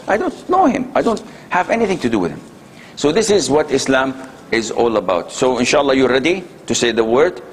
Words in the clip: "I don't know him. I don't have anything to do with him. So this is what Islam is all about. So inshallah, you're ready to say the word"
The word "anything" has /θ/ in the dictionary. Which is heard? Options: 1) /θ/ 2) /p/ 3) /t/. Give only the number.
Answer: 1